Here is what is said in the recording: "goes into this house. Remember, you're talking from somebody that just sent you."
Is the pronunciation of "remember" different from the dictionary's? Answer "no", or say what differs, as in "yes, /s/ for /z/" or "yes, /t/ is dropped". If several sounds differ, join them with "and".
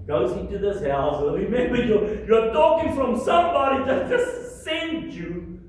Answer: yes, /w/ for /ɹ/